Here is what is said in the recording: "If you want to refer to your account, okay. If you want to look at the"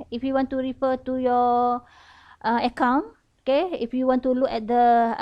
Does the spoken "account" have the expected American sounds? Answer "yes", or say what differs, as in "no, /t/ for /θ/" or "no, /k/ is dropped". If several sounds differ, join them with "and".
no, /t/ is dropped